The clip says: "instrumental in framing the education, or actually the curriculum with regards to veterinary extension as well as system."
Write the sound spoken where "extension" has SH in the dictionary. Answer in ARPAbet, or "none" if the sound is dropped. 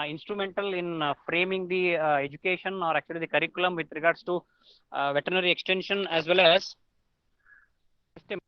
SH